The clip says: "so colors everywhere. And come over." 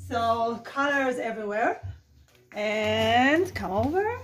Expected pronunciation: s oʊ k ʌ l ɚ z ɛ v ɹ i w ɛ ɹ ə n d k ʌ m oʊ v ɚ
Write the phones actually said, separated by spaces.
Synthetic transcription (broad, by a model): s oʊ k ʌ l ɚ z ɛ v ɹ i w ɛ ɹ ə n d k ʌ m oʊ v ɚ